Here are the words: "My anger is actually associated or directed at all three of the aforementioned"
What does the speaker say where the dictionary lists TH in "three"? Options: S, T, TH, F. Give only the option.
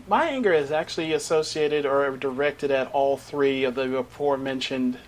TH